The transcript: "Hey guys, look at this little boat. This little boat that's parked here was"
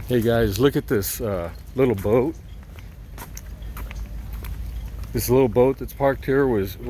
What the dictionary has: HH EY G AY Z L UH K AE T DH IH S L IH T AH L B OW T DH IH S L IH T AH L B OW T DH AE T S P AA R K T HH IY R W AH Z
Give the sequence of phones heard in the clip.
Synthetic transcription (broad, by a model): HH EY G AY Z L UH K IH T DH IH S L IH T L B OW T DH IH S L IH T L B OW T DH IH T S P AA R K T HH IY R W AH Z